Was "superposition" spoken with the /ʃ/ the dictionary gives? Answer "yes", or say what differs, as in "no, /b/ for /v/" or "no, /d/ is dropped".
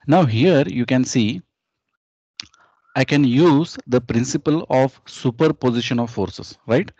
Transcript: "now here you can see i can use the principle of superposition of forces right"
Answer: yes